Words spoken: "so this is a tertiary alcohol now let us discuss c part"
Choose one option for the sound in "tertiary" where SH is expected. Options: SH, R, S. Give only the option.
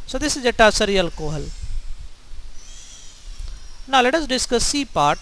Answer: S